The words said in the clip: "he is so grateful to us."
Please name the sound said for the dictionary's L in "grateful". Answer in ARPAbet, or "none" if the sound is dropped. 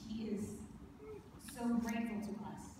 N